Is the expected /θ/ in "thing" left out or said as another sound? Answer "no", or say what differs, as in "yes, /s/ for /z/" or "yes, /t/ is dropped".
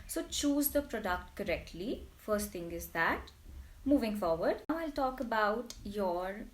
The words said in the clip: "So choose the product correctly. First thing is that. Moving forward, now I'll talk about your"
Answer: yes, /t/ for /θ/